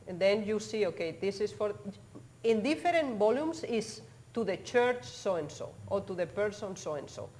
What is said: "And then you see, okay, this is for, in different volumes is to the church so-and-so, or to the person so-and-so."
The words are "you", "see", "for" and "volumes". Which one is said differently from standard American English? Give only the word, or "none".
volumes